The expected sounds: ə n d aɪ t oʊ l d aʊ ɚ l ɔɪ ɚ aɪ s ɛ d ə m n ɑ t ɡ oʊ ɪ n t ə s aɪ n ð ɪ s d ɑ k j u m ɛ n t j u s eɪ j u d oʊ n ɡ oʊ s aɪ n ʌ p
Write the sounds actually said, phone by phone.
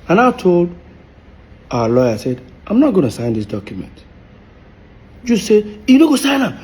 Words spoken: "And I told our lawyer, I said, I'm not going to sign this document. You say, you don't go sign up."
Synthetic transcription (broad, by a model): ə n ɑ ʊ t oʊ l d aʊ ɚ l ɔɪ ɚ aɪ s ɛ d ə m n ɑ t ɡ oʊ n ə s aɪ n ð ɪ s d ɑ k j u m ɛ n t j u s eɪ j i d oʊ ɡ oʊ s aɪ n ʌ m